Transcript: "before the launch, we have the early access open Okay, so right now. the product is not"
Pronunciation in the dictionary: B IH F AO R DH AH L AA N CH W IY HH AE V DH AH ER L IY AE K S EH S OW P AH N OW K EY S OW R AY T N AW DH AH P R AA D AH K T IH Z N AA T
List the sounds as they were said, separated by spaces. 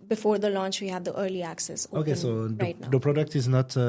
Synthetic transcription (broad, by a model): B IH F AO R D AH L AA N CH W IY HH AE V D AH ER L IY AE K S EH S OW OW K EY S OW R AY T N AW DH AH P R AA D AH K T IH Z N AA T